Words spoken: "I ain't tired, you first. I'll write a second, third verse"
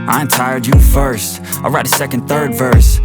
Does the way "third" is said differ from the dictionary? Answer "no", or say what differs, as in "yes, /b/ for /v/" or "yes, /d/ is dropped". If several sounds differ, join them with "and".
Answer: no